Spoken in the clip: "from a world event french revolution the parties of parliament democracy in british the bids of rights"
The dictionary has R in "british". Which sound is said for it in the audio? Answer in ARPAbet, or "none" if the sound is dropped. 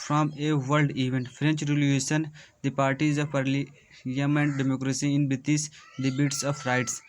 none